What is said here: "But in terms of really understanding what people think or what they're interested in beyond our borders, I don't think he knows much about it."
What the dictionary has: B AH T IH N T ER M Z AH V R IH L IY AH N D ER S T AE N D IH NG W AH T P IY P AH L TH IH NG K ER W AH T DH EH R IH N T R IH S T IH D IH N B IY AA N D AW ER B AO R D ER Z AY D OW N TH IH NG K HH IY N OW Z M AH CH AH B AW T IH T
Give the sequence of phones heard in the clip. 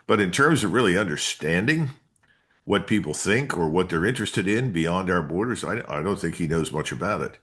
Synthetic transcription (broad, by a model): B AH T IH N T ER M Z AH V R IH L IY AH N D ER S T AE N D IH NG W AH T P IY P L TH IH NG K ER W AH T DH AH R IH N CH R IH S T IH D IH N B IY AA N D AW ER B AO R D ER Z AY D OW N TH IH NG K HH IY N OW Z M AH CH AH B AW T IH T